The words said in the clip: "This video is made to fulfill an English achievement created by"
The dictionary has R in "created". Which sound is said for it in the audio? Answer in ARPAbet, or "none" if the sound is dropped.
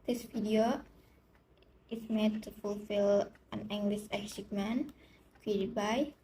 none